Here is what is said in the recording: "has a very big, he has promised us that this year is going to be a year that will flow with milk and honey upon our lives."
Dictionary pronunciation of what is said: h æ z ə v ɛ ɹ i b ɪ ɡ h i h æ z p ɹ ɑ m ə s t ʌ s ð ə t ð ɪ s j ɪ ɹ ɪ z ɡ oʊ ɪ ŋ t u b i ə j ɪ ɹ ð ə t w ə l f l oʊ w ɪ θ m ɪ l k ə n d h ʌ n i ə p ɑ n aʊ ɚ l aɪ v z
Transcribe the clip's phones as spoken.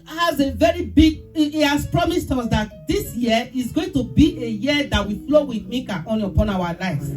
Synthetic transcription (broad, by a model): h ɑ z ə v ɛ ɹ i b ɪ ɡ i h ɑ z p ɹ ɑ m ə s t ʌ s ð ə t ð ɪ s j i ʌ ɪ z ɡ oʊ ɪ ŋ t u b i ə j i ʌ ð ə t w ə f l oʊ w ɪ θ m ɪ k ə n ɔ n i ə p ɑ n aʊ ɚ l aɪ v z